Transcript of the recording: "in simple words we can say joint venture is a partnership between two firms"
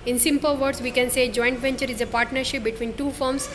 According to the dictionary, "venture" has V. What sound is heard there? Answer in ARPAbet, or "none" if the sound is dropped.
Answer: V